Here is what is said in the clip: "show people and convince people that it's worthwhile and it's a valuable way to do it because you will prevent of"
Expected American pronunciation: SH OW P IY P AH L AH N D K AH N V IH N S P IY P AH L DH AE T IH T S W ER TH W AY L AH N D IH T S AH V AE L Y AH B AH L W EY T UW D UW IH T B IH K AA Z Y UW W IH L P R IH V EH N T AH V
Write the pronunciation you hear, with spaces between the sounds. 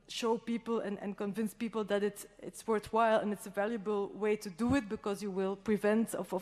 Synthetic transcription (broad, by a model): SH OW P IY P AH L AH N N K AH N V IH N S P IY P AH L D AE T IH T S W ER TH W AY L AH N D IH T S AH V AE L Y AH B AH L W EY T UW D UW IH T B IH K AA Z Y UW W IH L P R IH V EH N T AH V